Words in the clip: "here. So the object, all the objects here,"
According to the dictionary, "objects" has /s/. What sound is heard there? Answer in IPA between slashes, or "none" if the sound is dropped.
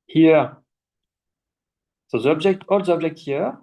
none